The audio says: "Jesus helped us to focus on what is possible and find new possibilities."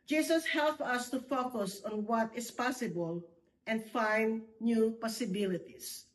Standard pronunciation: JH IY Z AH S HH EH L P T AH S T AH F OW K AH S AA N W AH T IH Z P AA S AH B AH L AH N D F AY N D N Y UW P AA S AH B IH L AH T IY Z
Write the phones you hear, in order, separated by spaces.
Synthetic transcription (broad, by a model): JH IY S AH S HH EH L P AH S T AH F OW K AH S AA N W AH T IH S P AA S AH B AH L AH N D F AY N D N Y UW P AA S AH B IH L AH T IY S